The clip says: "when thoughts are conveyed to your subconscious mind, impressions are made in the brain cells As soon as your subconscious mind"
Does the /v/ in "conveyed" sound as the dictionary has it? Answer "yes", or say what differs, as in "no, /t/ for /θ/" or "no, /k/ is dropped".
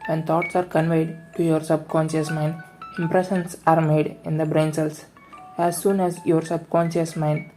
yes